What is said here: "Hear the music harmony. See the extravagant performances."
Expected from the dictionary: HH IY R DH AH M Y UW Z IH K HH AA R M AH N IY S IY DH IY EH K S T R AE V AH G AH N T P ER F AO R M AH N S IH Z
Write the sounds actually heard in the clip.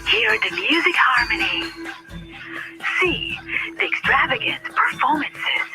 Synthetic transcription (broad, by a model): HH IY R DH AH M Y UW Z IH K HH AA R M AH N IY S IY DH IY EH K S T R AE V AH G AH N T P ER F AO R M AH N S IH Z